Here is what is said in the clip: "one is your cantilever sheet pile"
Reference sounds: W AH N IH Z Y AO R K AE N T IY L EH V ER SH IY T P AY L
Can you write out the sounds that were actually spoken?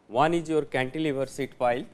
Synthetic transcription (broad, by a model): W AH N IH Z Y AO R K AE N T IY L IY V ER S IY T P AY L